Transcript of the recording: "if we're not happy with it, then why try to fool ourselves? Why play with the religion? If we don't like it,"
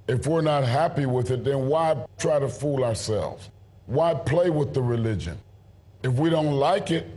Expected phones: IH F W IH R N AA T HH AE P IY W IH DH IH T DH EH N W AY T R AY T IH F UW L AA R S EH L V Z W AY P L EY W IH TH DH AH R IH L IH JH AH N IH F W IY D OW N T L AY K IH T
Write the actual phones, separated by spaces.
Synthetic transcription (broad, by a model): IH F W IH R N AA T HH AE P IY W IH DH IH T DH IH N W AY T R AY T IH F UW L AA R S EH L V Z W AY P L EY W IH DH AH R IH L IH JH AH N IH F W IY D OW N T L AY K IH T